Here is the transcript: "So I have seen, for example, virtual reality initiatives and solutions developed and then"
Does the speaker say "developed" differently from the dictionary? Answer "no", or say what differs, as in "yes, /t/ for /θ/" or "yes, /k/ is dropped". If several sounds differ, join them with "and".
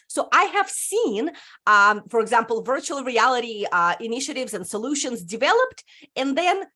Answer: no